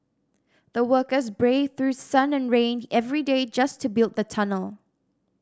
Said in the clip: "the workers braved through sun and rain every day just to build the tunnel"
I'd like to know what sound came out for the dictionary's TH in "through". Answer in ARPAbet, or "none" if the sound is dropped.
TH